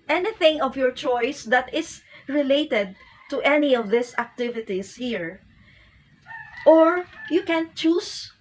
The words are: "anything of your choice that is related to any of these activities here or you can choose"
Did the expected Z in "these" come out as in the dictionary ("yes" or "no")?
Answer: no